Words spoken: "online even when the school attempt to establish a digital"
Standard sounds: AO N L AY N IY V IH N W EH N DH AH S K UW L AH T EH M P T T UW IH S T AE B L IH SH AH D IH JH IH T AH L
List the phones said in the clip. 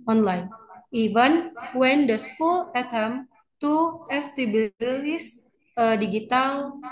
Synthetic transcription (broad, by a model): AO N L AY N IY V IH N W EH N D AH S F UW L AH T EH M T T UW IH S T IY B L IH S AH D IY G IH T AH L